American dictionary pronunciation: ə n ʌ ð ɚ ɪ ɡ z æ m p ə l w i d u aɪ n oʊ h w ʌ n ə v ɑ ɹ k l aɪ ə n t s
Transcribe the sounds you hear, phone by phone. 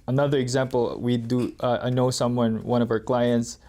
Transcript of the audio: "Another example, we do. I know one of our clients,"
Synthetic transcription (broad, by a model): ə n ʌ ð ɚ ɪ ɡ z æ m p ə l w i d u aɪ n oʊ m w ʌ n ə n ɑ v k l aɪ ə n t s